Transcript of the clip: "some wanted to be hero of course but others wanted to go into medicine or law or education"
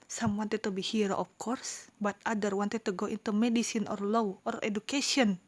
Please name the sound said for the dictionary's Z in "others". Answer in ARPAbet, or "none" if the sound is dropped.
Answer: none